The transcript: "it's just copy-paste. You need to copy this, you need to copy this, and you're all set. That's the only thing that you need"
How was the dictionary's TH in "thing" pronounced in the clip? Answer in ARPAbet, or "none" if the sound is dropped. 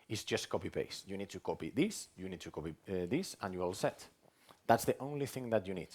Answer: TH